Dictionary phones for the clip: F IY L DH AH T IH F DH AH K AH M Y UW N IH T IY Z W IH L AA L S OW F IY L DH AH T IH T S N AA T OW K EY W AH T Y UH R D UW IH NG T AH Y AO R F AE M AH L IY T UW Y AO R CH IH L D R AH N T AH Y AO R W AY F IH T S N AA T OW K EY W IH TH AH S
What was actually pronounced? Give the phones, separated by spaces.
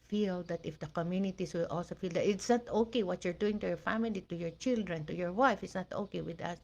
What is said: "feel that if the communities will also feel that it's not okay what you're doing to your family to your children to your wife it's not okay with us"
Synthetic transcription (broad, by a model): F IY L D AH T IH F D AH K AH M Y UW N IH T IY S W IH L AA L S OW F IY L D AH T IH T S N AA T OW K EY W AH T Y UH R D UW IH NG T AH Y AO R F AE M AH L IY T UW Y AO R CH IH L D R AH N T AH Y AO R W AY F IH T S N AA T OW K EY W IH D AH S